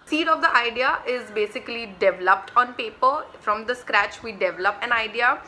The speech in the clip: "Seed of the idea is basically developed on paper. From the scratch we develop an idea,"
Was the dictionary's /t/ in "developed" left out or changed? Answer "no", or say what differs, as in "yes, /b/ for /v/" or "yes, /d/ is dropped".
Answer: no